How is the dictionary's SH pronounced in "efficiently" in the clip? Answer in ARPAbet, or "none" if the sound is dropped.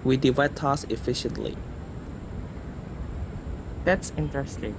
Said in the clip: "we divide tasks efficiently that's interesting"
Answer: SH